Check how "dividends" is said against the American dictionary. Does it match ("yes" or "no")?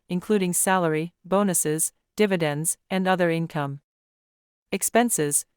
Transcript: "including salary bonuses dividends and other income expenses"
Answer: yes